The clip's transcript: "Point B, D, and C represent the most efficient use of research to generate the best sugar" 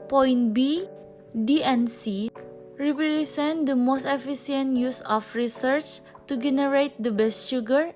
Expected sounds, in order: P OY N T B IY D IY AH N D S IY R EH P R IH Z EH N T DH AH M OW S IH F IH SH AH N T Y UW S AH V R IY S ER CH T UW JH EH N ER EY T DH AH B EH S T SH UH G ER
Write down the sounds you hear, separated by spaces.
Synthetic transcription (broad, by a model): P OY N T B IY D IY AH N S IY R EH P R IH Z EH N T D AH M OW S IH F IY S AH N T Y UW S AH F R IY S ER CH T UW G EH N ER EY T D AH B EH S T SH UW G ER